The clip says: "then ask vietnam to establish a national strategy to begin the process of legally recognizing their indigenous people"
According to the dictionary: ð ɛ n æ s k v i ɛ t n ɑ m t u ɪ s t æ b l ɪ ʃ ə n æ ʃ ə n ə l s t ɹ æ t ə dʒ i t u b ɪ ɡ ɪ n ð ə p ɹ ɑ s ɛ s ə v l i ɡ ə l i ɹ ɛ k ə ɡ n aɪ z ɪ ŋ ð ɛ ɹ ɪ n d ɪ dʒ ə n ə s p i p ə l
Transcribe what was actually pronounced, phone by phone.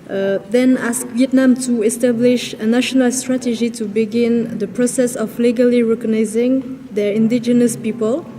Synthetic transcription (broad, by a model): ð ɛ n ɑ s k v i ɛ t n ɑ m t u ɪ s t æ b l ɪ ʃ ə n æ ʃ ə n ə l s t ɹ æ t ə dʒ i t u b ɪ ɡ ɪ n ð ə p ɹ ɑ s ɛ s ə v l i ɡ ə l i ɹ ɛ k ə ɡ n aɪ z ɪ ŋ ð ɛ ɹ ɪ n d ɪ dʒ ə n ə s p i p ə l